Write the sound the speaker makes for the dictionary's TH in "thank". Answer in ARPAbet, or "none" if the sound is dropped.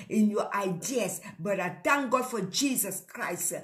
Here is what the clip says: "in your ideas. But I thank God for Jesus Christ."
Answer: T